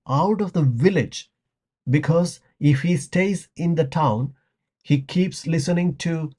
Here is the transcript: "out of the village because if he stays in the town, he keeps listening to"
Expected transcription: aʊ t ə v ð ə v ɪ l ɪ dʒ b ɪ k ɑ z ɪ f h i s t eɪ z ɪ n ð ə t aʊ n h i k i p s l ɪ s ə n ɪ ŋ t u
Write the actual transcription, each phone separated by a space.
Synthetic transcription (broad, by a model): aʊ t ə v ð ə v ɪ l ɪ dʒ b ɪ k ɑ z ɪ f h i s t eɪ z ɪ n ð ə t aʊ n h i k i p s l ɪ s ə n ɪ ŋ t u